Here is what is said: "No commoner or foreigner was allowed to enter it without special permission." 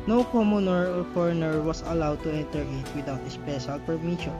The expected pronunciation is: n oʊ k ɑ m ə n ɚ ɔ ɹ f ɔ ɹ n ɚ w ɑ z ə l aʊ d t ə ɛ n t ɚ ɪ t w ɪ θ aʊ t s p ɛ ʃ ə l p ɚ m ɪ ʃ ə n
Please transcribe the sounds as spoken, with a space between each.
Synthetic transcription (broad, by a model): n oʊ k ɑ m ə n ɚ ɔ ɹ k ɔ ɹ n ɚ w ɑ s ə l aʊ d t ə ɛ n t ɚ ɪ t w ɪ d aʊ t s p ɛ ʃ ə l p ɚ m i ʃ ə n